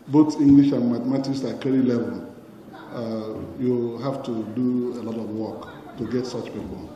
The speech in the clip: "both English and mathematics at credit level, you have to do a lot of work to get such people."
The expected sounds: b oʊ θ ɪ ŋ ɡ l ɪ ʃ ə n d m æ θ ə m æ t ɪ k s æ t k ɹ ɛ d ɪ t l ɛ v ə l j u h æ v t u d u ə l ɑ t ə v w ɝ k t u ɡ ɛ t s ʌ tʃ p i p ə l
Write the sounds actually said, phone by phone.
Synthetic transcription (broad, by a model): b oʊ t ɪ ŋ ɡ l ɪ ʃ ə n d m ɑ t m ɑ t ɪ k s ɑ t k ɛ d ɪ l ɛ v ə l j u h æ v t u d u ə l ɑ t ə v w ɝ k t u ɡ ɛ t s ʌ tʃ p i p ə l